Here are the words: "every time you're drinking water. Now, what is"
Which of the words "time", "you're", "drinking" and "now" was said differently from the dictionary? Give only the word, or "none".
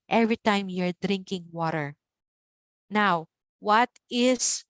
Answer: none